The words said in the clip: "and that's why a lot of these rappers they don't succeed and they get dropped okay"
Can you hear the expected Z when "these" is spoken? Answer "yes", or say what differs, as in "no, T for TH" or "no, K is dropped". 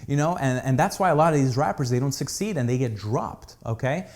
yes